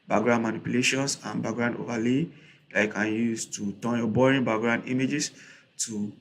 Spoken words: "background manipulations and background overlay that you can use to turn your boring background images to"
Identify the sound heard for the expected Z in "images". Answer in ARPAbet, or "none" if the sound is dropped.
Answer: S